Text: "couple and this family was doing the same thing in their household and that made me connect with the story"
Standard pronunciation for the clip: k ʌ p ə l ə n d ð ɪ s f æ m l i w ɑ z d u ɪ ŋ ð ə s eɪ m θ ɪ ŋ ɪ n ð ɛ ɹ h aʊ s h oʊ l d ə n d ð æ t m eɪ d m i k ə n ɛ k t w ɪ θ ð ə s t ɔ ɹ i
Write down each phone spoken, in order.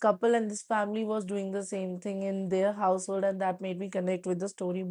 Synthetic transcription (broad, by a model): k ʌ p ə l ə n d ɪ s f æ m l i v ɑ z d u ɪ ŋ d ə s eɪ m t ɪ ŋ ɪ n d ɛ ɹ h aʊ s h oʊ l d ə n d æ t m eɪ d m i k ə n ɛ k t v ɪ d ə s t ɔ ɹ i